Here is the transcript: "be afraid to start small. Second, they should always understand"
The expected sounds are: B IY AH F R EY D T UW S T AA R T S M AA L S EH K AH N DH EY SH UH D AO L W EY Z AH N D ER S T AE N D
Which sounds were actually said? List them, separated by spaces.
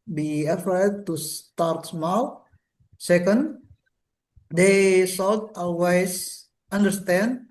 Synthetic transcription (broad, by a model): B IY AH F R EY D T UW S T AA R T S M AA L S EH K AH N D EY S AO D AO L W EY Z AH N D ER S T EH N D